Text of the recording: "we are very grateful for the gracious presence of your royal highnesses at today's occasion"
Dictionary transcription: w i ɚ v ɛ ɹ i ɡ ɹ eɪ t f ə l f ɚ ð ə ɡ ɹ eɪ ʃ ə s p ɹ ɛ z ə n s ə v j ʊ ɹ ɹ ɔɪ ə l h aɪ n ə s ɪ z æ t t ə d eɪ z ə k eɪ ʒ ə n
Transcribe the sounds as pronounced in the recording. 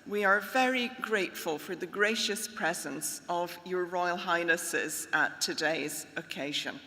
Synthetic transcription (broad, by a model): w i ɚ v ɛ ɹ i ɡ ɹ eɪ t f ə l f ɚ ð ə ɡ ɹ eɪ ʃ ə s p ɹ ɛ z ə n s ə v j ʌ ɹ ɹ ɔɪ ə l h aɪ n ə s ɪ z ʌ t t ə d eɪ z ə k eɪ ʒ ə n